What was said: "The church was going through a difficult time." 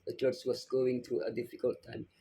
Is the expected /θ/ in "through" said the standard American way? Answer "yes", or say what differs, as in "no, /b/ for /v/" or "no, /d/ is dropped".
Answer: no, /t/ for /θ/